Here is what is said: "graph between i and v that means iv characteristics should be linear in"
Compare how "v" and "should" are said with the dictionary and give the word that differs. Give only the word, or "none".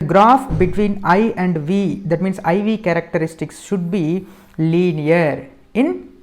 none